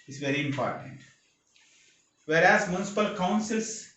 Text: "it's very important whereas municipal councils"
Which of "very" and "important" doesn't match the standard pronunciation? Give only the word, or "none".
none